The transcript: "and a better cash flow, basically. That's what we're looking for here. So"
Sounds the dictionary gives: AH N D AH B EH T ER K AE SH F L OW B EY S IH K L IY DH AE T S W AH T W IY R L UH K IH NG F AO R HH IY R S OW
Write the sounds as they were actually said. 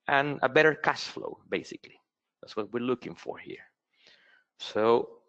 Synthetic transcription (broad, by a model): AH N AH B EH T ER K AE S F L OW B EY S IH K L IY DH AE T S W AH T W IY R L UH K IH NG F AO R HH IY R S OW